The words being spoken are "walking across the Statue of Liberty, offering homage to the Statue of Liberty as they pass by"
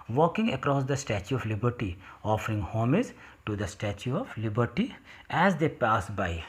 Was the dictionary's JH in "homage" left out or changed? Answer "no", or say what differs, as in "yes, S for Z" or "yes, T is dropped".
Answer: yes, Z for JH